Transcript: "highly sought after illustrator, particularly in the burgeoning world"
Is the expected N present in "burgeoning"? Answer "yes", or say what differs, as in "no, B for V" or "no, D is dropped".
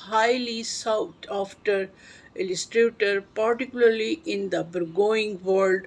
no, N is dropped